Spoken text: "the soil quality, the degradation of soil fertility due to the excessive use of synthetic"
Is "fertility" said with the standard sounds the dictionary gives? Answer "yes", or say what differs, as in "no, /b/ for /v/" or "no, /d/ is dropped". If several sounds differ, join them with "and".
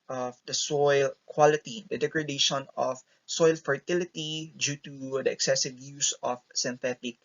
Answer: yes